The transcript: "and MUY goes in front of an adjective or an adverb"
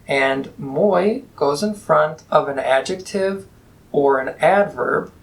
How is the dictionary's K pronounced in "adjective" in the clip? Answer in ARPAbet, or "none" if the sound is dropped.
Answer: K